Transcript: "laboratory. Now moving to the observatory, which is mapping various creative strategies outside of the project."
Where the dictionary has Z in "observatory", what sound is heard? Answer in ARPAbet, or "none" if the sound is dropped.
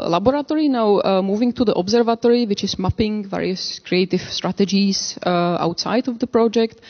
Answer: Z